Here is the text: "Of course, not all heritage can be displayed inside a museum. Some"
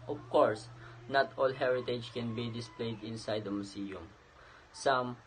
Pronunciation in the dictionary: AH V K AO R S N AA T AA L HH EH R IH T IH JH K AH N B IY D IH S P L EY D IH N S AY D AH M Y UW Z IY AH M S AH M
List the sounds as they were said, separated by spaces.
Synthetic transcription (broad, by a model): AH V K AO R S N AA T AA L HH EH R IH T IH JH K AH N B IY D IH S P L EY D IH N S AY D AH M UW S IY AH M S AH M